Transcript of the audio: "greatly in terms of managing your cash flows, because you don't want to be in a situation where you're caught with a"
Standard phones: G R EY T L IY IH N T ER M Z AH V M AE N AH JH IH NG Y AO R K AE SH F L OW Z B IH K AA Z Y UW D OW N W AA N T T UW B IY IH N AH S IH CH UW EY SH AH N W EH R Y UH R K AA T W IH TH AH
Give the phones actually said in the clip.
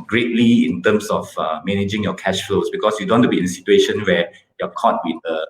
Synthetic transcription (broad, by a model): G R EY T L IY IH N T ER M S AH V M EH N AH JH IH NG Y AO K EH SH F L OW S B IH K AA S Y UW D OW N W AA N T T UW B IY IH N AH S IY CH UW EY SH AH N W EH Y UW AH K AA T W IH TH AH